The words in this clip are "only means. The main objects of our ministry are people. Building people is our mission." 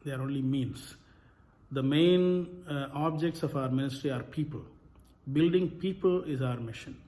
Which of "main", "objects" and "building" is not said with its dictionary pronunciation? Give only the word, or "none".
none